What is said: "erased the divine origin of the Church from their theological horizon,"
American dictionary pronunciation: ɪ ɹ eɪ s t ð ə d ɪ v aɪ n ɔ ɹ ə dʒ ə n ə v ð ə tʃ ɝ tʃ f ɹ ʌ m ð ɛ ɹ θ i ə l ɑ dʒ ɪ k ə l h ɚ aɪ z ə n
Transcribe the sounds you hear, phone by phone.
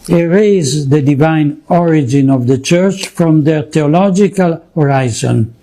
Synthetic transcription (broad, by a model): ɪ ɹ eɪ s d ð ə d ɪ v aɪ n ɔ ɹ ə dʒ ə n ə v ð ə tʃ ɝ tʃ f ɹ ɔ m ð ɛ ɹ t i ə l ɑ dʒ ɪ k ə l h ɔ aɪ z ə n